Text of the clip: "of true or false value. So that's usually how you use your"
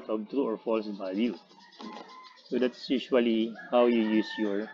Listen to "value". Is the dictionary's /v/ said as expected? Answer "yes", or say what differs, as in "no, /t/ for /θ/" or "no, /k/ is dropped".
no, /b/ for /v/